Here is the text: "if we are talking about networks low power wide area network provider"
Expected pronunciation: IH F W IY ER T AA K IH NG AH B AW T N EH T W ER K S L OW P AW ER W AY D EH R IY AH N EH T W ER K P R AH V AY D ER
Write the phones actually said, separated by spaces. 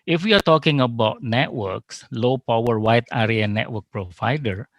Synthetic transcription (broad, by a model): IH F W IY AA T AA K IH NG AH B AW T N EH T W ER K S L OW P AW ER W AY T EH R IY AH N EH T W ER K P R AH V AY D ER